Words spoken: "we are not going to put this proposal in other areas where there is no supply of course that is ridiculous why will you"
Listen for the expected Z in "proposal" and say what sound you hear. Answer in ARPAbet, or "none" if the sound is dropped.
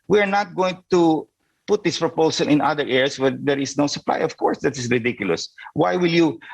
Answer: S